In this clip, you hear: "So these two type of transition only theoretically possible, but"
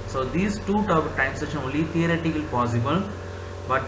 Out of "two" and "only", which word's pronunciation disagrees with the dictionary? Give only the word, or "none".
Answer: only